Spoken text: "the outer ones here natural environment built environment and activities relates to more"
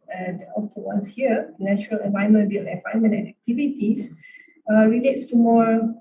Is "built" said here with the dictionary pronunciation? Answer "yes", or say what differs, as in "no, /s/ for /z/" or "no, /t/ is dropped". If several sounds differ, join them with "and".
no, /t/ is dropped